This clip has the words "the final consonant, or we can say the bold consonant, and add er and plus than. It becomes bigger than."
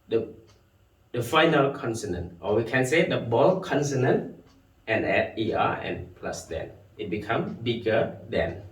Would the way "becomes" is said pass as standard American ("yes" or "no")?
no